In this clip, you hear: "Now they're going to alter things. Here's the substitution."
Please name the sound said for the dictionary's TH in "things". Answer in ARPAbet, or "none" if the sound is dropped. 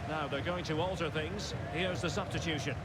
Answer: TH